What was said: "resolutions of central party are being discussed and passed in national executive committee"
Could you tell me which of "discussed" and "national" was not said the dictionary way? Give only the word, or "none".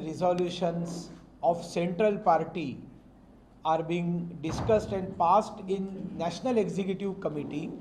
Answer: none